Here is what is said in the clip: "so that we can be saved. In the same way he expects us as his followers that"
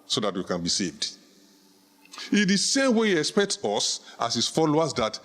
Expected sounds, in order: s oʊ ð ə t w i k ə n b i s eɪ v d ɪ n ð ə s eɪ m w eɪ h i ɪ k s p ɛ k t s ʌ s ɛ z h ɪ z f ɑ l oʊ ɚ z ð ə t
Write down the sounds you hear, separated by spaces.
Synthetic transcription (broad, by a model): s oʊ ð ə t w i k ə n b i s eɪ v d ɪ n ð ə s eɪ m w eɪ h i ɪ k s p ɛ k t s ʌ s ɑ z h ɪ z f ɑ l oʊ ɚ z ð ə t